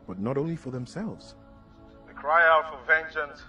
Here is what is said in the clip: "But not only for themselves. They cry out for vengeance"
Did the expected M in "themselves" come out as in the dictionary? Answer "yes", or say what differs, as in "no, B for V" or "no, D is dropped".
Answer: yes